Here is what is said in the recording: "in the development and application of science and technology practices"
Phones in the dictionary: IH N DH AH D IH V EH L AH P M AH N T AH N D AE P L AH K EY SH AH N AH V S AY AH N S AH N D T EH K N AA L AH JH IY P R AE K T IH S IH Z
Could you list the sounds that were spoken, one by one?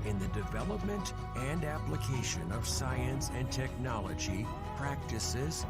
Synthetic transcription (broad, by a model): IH N DH AH D IH V EH L AH P M AH N T AH N D AE P L AH K EY SH AH N AH V S AY AH N S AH N T EH K N AA L AH JH IY P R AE K T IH S IH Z